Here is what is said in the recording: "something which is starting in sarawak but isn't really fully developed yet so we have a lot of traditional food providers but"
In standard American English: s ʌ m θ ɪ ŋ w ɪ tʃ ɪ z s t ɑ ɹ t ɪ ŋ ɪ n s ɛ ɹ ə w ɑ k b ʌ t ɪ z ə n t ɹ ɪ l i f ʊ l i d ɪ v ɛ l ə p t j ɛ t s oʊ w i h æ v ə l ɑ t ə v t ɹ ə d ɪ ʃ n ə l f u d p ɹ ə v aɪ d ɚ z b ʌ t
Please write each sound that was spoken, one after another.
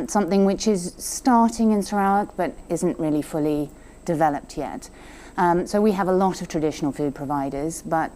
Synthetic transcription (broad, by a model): s ʌ m θ ɪ ŋ w ɪ tʃ ɪ z s t ɑ ɹ t ɪ ŋ ɪ n s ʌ ɹ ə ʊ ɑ k b ʌ t ɪ z ə n t ɹ ɪ l i f ʊ l i d ɪ v ɛ l ə p t j ɛ t s oʊ w i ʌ v ə l ɑ t ə v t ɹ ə d ɪ ʃ n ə l f u d p ɹ ə v aɪ d ɚ z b ʌ t